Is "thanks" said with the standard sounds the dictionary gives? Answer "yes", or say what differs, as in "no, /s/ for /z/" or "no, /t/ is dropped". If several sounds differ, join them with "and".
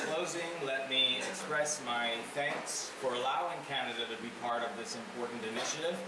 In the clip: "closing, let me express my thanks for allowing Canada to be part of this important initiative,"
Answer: yes